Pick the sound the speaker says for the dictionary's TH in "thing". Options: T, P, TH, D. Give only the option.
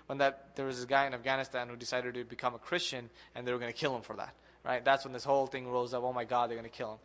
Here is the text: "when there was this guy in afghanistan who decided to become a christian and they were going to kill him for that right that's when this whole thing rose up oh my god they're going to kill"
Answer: TH